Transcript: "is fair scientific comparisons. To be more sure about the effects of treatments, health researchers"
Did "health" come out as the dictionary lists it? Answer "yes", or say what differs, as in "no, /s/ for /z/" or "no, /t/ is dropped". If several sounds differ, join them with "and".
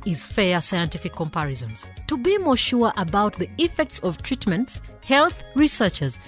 yes